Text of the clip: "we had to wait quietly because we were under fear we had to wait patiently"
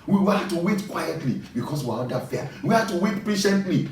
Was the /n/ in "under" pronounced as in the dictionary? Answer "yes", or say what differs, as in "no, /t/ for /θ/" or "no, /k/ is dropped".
no, /n/ is dropped